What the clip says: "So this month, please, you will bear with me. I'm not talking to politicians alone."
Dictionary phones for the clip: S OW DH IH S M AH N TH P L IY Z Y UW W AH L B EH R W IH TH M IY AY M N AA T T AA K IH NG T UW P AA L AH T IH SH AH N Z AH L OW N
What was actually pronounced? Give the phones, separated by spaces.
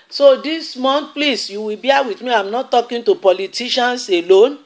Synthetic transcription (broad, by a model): S OW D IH S M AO N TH P L IY S Y UW W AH B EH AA W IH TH M IY AY M N AA T T AA K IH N T UW P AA L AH T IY SH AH N S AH L OW N